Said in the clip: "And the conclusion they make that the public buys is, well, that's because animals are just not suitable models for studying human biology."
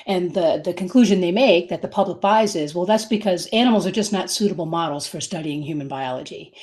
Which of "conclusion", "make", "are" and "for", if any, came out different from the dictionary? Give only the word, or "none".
none